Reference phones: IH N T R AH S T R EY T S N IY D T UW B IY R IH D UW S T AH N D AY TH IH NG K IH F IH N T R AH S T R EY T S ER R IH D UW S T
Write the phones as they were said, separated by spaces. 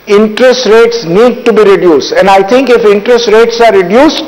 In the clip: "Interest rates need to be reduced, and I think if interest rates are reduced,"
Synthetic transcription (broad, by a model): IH N T R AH S T R EY T S N IY D T UW B IY R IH D UW S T AH N D AY T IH NG K IH F IH N T R AH S T R EY T S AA R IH D UW S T